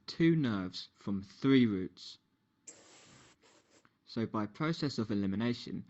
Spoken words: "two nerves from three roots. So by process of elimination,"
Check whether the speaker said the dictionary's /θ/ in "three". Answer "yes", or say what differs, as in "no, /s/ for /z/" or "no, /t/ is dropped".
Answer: yes